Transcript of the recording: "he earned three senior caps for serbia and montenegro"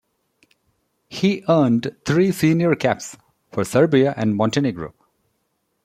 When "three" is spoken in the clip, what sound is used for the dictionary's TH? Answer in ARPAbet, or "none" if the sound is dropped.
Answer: T